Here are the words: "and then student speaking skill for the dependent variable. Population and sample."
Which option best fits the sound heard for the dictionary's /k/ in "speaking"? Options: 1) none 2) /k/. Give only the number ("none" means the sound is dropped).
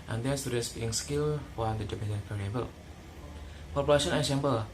1